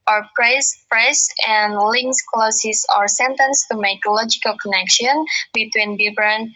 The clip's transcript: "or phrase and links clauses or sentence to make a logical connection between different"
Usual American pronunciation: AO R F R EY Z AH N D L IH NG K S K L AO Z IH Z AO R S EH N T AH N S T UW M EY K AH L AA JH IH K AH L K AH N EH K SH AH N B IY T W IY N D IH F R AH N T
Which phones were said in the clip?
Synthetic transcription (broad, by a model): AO R P R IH S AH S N L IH NG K S K L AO S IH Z AO R S EH N T AH N S T UW M EY K L AA JH IH K AH L K AH N EH K SH AH N B IY T W IY N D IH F R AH N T